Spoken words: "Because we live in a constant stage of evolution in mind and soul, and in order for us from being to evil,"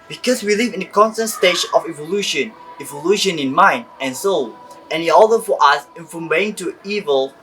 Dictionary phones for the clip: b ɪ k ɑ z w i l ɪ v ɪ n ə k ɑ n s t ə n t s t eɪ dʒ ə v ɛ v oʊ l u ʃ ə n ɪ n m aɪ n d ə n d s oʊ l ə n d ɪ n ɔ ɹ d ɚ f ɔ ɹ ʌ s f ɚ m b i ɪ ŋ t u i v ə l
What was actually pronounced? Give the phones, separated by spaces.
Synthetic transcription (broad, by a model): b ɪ k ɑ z w i l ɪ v ɪ n ə k ɑ n s t ə n t s t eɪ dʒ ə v ɛ v oʊ l u ʃ ə n ɪ n m aɪ n d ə n s oʊ l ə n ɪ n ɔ l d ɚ f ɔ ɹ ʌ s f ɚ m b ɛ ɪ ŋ t u i v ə l